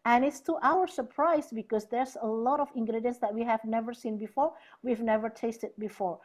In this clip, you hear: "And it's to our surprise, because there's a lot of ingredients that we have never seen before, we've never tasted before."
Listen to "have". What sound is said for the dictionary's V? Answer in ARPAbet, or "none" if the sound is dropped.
V